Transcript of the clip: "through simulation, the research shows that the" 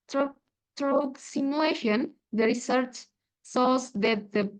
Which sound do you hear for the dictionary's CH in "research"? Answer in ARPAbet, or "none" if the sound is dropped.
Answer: CH